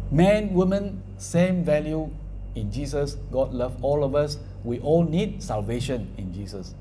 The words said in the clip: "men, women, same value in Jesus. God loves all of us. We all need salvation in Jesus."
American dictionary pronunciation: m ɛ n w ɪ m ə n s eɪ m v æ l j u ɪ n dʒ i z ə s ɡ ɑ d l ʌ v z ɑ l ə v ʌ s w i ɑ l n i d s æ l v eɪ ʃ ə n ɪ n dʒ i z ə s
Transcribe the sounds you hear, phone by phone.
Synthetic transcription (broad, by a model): m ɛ n w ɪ m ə n s eɪ m v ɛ l j u ɪ n dʒ i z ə s ɡ ɑ d l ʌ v ɑ l ə v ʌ s w i ɑ l n i d s æ l v eɪ ʃ ə n ɪ n dʒ i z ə s